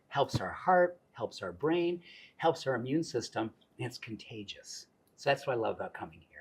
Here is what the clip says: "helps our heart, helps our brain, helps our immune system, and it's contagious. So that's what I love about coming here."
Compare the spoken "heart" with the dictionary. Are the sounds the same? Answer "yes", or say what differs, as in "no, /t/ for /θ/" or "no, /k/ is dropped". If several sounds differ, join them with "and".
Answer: yes